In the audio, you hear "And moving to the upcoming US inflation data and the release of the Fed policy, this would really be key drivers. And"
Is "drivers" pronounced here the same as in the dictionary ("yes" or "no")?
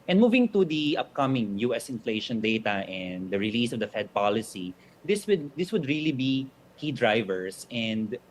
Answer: no